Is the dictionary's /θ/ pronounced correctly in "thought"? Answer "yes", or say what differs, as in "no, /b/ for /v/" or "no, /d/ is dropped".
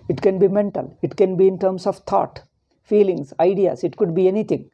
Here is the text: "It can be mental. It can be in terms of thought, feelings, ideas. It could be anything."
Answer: no, /t/ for /θ/